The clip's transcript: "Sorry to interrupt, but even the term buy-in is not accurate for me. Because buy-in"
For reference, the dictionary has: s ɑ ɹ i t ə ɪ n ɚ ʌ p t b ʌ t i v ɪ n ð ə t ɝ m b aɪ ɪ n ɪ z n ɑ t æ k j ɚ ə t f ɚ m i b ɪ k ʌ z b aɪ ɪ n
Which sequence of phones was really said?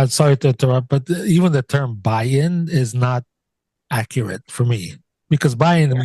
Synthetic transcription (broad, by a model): s ɑ ɹ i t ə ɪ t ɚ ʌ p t b ʌ t i v ɪ n ð ə t ɝ m b aɪ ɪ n ɪ z n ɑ t æ k j ɚ ə t f ɚ m i b ɪ k ʌ z b aɪ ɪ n